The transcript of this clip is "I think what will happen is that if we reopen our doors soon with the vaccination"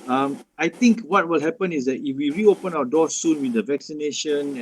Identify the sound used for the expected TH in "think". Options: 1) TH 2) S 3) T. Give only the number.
3